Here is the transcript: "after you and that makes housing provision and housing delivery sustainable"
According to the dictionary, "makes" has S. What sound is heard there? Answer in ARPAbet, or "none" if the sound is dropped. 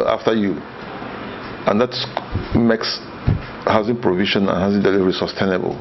S